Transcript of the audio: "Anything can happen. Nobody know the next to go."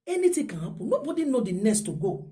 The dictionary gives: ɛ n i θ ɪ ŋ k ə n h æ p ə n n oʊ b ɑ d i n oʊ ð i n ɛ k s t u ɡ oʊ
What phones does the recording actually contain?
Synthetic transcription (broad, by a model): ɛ n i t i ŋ k ə n h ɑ p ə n n oʊ b ɑ d i n oʊ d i n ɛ s t u ɡ oʊ